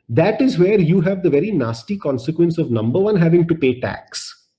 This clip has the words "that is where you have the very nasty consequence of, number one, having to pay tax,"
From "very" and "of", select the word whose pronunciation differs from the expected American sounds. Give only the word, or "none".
none